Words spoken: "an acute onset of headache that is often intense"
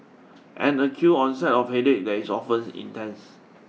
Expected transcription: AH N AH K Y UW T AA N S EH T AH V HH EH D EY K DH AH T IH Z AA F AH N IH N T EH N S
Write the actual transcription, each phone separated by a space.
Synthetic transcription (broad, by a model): AH N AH K Y UW AA N S EH T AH F HH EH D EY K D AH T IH S AA F AH N IH N T EH N S